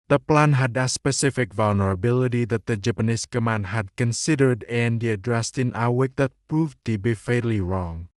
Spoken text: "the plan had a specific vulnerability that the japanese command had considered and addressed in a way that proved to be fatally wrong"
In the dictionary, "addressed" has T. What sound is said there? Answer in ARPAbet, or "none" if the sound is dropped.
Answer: T